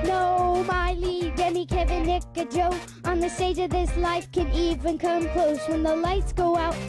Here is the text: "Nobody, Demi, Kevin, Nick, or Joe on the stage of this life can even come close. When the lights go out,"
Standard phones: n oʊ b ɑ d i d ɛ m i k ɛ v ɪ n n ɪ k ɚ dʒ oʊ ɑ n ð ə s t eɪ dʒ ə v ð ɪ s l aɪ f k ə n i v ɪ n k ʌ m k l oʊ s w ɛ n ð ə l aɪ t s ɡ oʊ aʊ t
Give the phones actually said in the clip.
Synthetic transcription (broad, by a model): n oʊ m ɑ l i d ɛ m i k ɛ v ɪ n n ɪ k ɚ dʒ oʊ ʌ n ð ə s t eɪ dʒ ə v ð ɪ s l aɪ f k ə n i v ɪ n k ʌ m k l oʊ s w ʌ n ð ə l aɪ t s ɡ oʊ aʊ t